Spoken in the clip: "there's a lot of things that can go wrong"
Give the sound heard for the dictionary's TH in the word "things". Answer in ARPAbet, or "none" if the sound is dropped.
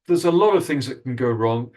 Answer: TH